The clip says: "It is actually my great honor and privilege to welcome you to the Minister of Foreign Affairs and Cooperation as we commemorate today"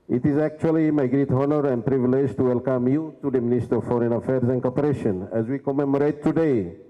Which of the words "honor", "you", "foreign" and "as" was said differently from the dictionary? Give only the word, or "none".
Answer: none